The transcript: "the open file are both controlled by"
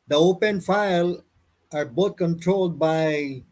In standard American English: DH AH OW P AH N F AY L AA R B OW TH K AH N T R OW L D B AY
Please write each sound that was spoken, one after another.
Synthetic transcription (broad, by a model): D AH OW P AH N F AY L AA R B OW T K AH N T R OW L D B AY